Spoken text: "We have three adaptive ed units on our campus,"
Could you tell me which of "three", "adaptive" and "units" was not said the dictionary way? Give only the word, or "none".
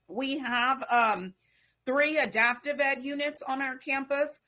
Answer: none